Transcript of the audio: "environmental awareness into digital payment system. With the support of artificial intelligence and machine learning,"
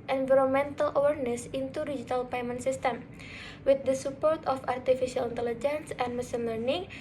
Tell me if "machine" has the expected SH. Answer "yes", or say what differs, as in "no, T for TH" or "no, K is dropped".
no, S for SH